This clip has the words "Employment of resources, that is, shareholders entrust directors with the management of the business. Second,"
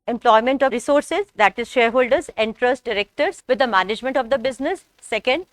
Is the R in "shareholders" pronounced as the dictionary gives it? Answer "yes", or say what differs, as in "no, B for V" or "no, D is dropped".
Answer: yes